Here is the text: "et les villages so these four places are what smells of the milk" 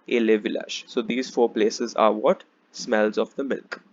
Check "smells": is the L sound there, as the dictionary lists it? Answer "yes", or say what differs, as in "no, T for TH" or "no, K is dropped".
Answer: yes